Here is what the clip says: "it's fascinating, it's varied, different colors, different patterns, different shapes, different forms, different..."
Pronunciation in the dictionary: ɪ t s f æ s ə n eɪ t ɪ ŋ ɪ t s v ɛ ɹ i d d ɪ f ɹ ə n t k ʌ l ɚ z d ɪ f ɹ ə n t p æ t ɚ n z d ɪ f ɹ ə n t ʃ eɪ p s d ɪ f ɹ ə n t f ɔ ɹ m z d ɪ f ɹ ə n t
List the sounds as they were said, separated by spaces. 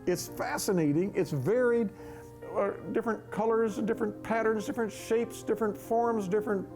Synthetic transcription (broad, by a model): ɪ t s f æ s ə n eɪ t ɪ ŋ ɪ t s v ɛ ɹ i d d ɪ f ɹ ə n k ʌ l ɚ z d ɪ f ɹ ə n p æ t ɚ n z d ɪ f ɹ ə n t ʃ eɪ p s d ɪ f ɹ ə n t f ɔ ɹ m z d ɪ f ɹ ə n t